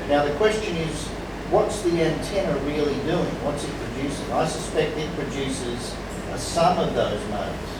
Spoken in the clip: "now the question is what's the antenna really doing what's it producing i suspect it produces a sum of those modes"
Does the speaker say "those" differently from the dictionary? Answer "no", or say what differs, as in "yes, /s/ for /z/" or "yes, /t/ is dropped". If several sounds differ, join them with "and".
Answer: no